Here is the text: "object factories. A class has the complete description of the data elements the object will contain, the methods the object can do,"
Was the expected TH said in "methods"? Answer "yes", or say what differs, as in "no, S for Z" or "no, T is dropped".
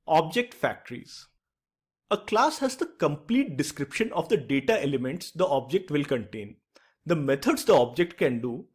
no, T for TH